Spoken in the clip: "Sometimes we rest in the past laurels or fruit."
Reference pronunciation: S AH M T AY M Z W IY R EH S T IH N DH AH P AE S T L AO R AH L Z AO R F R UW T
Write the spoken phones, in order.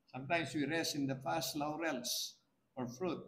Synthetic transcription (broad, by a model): S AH M T AY M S W IY R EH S IH N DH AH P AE S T L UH R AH L S AO R F R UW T